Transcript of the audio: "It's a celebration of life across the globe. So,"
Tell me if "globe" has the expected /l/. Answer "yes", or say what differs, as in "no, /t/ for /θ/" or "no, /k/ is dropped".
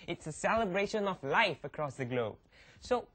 yes